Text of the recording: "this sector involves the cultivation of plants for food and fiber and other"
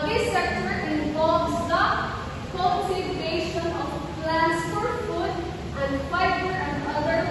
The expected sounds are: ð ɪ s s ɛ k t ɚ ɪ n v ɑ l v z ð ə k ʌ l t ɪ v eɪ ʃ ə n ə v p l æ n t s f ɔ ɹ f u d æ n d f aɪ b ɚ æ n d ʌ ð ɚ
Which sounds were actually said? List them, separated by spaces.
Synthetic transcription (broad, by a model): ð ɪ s s ɛ k t ɚ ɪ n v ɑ l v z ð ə k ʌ n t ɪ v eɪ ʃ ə n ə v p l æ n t s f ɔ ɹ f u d æ n d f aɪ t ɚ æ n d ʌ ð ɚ